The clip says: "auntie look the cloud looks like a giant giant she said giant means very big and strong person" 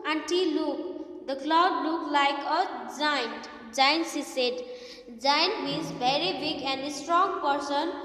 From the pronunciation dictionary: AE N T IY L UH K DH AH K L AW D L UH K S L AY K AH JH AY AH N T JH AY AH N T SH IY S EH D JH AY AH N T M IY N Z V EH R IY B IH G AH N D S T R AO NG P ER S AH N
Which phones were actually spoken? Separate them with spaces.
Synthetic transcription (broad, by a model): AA N T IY L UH K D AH K L AW D L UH K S L AY K AH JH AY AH N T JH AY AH N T S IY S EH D JH AY AH N T M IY N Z V EH R IY B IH G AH N D S T R AO NG P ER S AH N